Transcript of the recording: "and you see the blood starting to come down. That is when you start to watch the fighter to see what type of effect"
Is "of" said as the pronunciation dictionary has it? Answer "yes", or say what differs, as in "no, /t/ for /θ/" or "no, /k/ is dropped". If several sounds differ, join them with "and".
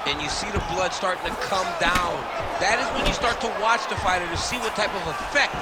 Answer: yes